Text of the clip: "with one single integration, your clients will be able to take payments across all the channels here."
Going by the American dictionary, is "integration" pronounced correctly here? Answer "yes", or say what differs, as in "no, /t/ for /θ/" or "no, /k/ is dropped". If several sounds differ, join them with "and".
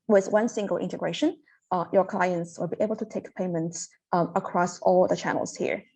yes